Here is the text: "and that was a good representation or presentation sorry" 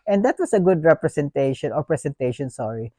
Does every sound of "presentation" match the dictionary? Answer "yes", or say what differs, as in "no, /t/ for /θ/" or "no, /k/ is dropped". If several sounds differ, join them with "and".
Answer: no, /s/ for /z/